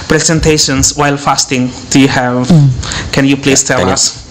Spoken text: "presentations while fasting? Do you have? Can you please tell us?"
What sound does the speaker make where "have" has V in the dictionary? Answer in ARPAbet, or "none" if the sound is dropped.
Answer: V